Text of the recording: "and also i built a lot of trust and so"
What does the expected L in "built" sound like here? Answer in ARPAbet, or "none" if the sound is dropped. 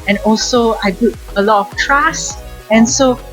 none